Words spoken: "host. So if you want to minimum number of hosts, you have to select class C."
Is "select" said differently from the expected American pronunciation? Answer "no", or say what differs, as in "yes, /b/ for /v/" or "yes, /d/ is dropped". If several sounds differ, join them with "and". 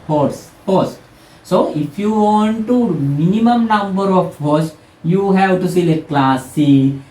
yes, /k/ is dropped